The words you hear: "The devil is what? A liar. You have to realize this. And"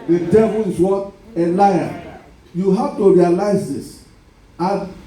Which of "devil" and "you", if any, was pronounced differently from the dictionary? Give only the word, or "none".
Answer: none